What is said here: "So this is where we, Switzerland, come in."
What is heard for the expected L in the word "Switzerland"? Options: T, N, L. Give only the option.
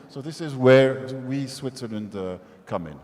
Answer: L